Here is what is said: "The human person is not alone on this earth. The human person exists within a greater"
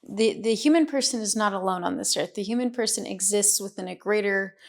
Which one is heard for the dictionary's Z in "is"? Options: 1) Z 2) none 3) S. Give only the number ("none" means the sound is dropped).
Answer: 1